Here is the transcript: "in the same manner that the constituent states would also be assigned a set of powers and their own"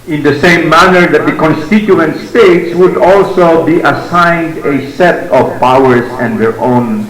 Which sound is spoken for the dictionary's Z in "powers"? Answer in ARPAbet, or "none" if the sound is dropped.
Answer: S